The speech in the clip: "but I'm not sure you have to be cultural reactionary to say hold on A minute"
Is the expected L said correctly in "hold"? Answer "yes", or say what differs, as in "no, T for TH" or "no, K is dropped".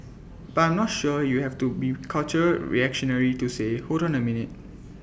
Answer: no, L is dropped